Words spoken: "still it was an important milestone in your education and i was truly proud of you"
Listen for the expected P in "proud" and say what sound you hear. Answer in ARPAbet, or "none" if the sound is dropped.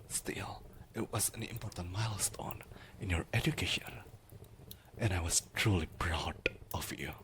B